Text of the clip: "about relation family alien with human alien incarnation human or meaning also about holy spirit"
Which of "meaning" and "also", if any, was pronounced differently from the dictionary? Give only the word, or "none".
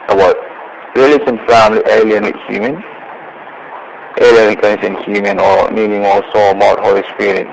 also